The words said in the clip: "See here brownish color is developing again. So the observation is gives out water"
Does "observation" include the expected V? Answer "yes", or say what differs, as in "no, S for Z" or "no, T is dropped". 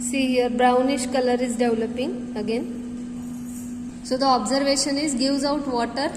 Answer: yes